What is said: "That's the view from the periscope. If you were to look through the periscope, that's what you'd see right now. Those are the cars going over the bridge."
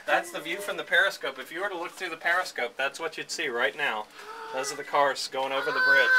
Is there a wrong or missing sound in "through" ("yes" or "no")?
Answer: no